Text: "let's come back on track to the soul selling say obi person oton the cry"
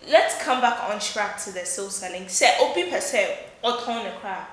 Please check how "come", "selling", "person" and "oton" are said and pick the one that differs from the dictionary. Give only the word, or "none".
person